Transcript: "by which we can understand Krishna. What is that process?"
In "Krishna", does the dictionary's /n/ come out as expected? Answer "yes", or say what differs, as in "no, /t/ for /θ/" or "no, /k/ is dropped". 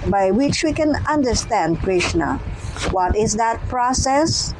yes